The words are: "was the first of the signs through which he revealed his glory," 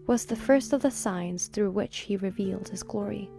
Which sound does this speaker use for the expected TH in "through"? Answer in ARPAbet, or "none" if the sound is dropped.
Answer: TH